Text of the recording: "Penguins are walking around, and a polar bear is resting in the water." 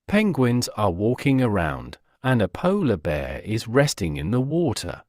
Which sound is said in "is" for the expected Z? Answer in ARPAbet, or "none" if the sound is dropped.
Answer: Z